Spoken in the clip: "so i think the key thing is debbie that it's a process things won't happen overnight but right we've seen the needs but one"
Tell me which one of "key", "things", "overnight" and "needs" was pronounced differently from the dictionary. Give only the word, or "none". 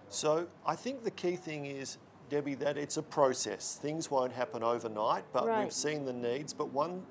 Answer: none